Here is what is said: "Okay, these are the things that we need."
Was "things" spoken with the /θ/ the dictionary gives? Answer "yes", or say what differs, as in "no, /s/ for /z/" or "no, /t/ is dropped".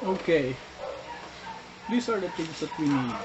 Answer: no, /t/ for /θ/